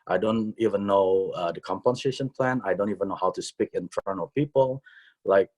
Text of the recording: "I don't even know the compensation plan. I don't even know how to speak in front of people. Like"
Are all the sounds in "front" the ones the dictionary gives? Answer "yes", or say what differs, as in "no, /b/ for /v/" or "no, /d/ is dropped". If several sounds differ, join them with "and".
no, /t/ is dropped